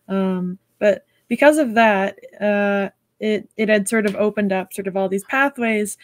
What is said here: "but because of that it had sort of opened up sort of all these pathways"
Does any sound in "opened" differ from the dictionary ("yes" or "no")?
no